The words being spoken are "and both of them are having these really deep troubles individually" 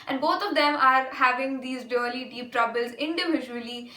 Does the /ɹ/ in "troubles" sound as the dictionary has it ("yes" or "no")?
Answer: yes